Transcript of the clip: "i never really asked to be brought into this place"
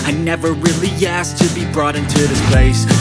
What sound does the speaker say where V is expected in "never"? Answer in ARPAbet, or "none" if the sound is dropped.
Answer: V